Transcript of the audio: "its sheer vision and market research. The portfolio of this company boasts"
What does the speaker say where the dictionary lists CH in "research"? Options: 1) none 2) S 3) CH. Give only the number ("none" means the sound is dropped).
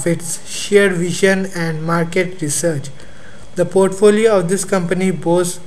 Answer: 3